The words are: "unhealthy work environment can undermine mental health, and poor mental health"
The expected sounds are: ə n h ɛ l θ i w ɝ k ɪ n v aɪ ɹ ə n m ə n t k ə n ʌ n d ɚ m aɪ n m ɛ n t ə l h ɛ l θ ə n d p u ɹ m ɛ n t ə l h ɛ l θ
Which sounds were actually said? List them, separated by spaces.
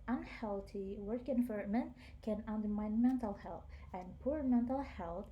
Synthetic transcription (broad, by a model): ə n h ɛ l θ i w ɝ k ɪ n f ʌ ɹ m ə n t k ə n ʌ n d ɚ m aɪ n m ɛ n t ə l h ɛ l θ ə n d p u ɹ m ɛ n t ə l h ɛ l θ